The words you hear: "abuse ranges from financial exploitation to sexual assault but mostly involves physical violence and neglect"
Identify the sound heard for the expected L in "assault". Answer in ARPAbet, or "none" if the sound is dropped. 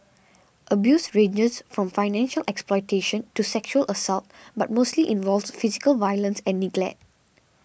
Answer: L